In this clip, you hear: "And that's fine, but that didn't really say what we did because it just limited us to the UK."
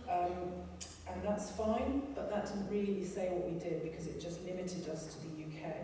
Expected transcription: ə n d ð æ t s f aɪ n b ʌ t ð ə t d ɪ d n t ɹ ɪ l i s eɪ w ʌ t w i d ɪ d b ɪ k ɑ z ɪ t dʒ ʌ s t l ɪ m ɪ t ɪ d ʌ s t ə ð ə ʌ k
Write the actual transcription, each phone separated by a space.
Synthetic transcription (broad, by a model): ə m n ð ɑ t s f aɪ n b ʌ t ð ə t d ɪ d n t ɹ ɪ l i s eɪ w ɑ t w i d ɪ d b ɪ k ɑ z ɪ t dʒ ʌ s t l ɪ m ɪ t ɪ d ʌ s t ə ð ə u k